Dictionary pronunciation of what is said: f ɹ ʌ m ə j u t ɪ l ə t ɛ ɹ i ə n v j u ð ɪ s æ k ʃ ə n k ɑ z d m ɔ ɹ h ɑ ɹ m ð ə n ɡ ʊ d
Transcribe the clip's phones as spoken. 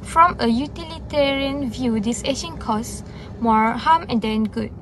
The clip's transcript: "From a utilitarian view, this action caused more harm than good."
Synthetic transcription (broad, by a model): f ɹ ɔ m ə j u t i l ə t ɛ ɹ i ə n v j u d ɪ s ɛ ʃ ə n k ɑ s m ɔ ɹ h ɑ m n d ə n ɡ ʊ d